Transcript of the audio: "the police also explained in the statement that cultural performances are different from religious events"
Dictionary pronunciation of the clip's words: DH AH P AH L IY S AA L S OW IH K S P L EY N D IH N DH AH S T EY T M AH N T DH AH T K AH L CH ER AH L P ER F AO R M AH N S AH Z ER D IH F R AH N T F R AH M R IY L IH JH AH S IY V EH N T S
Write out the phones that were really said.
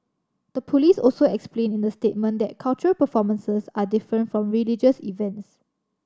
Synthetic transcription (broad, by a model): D AH P AH L IY S AA L S OW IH K S P L EY N IH N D AH S T EY T M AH N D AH T K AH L CH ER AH L P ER F AO M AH N S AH S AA D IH F R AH N T F R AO M R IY L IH JH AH S IY V EH N T S